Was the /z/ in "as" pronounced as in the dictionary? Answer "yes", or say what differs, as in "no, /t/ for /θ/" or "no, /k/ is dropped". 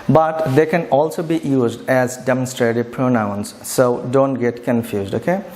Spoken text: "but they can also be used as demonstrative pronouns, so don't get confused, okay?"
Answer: yes